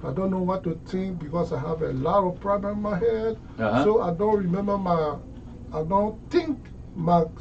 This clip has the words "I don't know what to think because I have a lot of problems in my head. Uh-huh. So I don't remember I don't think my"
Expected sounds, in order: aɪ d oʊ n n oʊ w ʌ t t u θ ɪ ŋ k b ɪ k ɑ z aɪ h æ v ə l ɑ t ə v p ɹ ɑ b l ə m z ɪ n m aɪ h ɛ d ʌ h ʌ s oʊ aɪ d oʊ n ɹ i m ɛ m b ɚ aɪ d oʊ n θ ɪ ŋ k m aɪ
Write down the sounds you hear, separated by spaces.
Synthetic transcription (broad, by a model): aɪ d oʊ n n oʊ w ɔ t t u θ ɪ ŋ k b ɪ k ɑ s aɪ h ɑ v ə l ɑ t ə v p ɹ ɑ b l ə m ɪ n m aɪ h ɛ d s oʊ aɪ d oʊ n ɹ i m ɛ m b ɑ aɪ d oʊ n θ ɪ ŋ k m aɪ